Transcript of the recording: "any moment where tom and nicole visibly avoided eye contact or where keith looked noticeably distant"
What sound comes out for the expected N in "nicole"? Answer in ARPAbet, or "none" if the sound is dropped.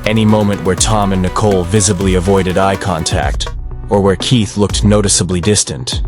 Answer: N